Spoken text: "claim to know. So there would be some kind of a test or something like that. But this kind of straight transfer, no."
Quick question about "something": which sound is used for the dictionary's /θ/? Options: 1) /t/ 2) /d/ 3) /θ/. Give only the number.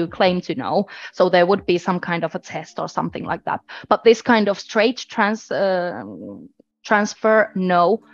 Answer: 3